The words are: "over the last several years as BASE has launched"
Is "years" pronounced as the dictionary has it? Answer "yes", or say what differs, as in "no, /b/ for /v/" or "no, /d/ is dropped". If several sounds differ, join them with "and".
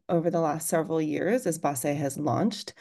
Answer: yes